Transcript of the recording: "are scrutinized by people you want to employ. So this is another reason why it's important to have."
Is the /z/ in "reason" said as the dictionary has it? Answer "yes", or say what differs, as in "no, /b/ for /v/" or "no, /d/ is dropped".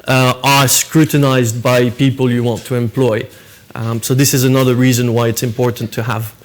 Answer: yes